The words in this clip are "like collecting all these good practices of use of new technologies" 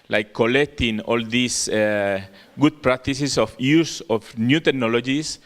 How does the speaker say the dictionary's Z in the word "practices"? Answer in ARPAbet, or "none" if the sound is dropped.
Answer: S